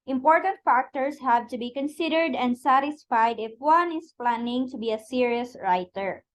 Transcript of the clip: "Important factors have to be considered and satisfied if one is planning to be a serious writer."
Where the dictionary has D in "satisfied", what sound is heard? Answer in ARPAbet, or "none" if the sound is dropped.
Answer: D